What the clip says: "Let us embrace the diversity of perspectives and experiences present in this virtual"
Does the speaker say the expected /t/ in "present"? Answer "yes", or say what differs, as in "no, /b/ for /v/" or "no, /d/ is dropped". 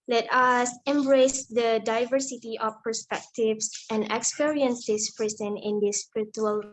no, /t/ is dropped